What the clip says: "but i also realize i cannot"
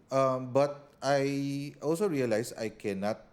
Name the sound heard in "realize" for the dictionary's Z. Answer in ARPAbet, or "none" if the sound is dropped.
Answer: S